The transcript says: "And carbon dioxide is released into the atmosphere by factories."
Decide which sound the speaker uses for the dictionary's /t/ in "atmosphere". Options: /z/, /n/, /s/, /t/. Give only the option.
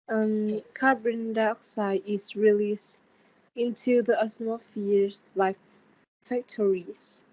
/s/